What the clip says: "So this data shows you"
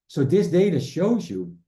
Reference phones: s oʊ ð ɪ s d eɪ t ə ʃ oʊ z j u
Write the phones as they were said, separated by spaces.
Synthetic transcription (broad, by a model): s oʊ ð ɪ s d eɪ t ə ʃ oʊ z j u